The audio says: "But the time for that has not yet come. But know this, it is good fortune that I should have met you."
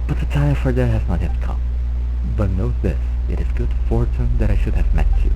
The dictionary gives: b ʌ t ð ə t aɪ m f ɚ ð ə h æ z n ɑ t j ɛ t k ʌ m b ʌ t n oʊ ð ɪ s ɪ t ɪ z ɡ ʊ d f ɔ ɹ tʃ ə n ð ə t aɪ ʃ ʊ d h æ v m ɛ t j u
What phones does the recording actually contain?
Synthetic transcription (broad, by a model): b ʌ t ð ə t aɪ m f ɚ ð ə h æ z n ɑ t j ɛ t k ʌ m b ʌ t n oʊ ð ɪ s ɪ t ɪ z ɡ ʊ d f ɔ ɹ tʃ ə n ð ə t aɪ ʃ ʊ d h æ v m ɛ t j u